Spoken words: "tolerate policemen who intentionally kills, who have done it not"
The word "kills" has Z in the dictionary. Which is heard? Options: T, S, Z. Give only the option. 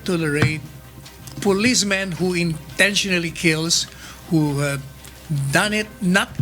S